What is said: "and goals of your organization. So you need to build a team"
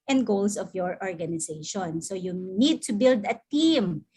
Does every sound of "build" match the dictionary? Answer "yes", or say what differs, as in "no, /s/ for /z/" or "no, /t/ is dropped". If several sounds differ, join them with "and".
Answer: yes